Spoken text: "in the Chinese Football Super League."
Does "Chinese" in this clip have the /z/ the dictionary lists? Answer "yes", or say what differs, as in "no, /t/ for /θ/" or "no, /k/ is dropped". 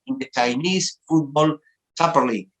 no, /s/ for /z/